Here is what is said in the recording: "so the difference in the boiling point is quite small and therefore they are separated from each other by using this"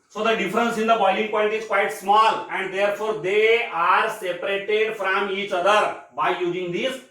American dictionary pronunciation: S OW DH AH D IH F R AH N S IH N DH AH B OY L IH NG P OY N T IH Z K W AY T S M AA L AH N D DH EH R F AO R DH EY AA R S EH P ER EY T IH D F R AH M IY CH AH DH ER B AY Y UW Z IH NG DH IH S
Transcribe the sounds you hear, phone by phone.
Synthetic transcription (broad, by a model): S OW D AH D IH F R AH N S IH N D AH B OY L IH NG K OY L T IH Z K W AY T S M AA L AH N D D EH R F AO R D EY AA R S EH P ER EY T IH D F R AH M IY CH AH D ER B AY Y UW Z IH NG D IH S